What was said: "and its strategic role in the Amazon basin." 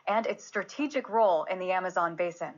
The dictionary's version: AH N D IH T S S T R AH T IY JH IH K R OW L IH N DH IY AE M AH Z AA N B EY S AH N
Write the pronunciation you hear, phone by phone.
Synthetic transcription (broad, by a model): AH N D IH T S S T R AH T IY JH IH K R OW L IH N DH IY AE M AH Z AA N B EY S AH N